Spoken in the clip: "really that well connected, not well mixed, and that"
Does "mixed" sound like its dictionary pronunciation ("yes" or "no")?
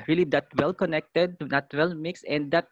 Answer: no